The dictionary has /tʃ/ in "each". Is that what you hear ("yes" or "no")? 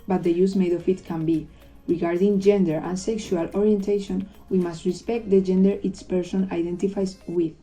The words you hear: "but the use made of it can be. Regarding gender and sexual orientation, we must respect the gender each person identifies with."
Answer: no